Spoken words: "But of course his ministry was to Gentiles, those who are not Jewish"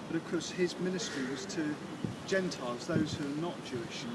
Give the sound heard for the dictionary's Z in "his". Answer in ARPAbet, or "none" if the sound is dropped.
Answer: Z